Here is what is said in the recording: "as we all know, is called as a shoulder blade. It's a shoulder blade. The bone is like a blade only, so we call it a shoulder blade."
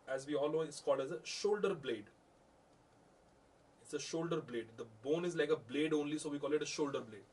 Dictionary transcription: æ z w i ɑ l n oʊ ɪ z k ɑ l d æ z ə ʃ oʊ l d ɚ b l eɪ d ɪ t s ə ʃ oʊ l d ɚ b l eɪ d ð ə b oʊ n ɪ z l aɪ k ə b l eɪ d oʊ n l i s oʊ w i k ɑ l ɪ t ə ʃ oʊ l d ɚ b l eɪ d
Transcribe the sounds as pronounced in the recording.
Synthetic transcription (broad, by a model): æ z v i ɑ l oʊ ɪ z k ɑ l d æ z ə ʃ oʊ l d ɚ b l eɪ d ɪ t s ə ʃ oʊ l d ɚ b l eɪ d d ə b oʊ n ɪ z l aɪ k ə b l eɪ d oʊ n l i s oʊ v i k ɑ l ɪ t ə ʃ oʊ l d ɚ b l eɪ d